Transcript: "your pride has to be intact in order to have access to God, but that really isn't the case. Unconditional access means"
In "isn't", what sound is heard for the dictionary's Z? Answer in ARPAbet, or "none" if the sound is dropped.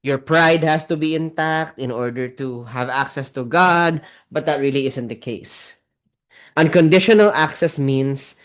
S